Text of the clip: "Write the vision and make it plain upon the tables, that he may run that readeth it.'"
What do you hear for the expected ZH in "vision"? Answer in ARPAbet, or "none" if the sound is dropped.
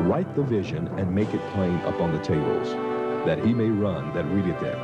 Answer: ZH